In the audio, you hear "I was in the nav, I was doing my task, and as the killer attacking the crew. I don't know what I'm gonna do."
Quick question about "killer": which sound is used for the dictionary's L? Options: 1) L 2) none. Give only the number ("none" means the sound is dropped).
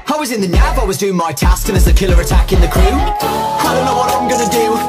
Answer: 1